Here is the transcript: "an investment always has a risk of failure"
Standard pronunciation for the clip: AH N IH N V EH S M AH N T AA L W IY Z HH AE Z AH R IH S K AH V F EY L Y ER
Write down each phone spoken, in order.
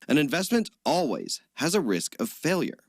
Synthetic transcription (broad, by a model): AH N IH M V EH S M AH N T AA L W IY Z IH Z AH R IH S K AH V F EY L Y ER